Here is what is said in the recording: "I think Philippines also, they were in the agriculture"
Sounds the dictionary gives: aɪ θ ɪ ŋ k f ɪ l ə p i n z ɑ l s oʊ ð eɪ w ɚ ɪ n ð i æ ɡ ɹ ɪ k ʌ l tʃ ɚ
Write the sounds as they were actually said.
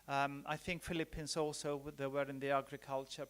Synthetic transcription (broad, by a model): aɪ θ ɪ ŋ k f ɪ l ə p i n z ɑ l s oʊ ð eɪ w ɚ ɪ n ð i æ ɡ ɹ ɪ k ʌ l tʃ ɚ